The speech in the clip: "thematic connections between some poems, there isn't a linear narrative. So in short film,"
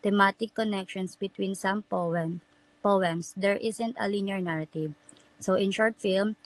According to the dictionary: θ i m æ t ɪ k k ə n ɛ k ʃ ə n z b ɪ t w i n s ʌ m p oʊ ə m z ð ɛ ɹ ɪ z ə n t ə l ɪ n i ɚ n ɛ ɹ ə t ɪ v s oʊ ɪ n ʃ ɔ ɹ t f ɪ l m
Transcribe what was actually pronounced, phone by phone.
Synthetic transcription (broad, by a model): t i m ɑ t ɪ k k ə n ɛ k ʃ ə n s b ɪ t w i n s ʌ m p oʊ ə m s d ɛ ɹ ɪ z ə n t ə l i n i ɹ n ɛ ɹ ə t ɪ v s oʊ ɪ n ʃ ɔ ɹ t f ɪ l m